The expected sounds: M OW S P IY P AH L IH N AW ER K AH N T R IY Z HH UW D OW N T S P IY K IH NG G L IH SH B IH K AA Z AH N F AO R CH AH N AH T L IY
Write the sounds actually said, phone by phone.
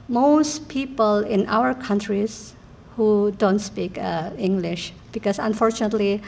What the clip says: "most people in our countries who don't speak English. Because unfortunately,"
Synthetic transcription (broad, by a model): M OW S P IY P AH L IH N AW ER K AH N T R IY S HH UW D OW N T S P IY K IH NG G L IH SH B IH K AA S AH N F AO R CH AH N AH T L IY